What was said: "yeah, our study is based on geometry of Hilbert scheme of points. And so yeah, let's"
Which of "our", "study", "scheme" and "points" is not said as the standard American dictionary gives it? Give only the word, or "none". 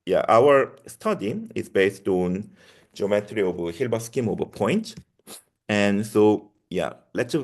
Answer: points